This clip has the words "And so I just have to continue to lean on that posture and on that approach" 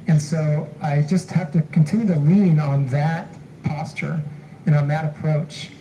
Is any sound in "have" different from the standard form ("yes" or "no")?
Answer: yes